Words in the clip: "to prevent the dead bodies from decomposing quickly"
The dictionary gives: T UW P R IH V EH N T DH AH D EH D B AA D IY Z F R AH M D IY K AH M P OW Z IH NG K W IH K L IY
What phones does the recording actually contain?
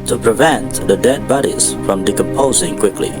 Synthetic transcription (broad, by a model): T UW P R IH V EH N T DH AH D EH D B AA D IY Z F R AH M D IY K AH M P OW Z IH NG K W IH K L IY